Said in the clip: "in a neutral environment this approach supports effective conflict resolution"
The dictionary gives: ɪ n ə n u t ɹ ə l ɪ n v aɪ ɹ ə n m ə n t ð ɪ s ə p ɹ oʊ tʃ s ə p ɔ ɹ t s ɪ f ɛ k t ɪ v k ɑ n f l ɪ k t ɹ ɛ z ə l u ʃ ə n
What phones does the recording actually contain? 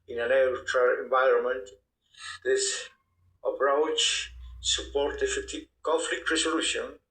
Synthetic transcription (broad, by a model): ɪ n ə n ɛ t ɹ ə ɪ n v aɪ ɹ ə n m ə n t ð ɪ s ə p ɹ oʊ tʃ s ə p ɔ ɹ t ɪ f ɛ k t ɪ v k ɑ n f l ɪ k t ɹ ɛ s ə l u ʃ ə n